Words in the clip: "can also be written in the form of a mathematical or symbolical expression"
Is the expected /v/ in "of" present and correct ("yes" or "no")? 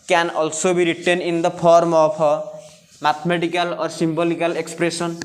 no